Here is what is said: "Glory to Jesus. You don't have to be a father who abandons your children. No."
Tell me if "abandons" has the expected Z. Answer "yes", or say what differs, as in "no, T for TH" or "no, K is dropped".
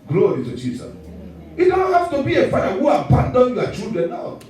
no, Z is dropped